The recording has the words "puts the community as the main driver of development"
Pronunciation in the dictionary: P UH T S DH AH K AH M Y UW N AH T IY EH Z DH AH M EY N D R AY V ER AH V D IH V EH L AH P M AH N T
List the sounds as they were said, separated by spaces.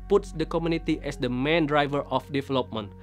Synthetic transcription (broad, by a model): P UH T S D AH K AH M Y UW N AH T IY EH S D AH M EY N D R AY V ER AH F D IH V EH L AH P M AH N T